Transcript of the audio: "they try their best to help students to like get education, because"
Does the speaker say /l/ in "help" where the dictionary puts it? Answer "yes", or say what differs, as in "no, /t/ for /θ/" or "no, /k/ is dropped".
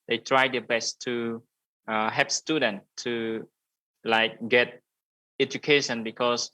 no, /l/ is dropped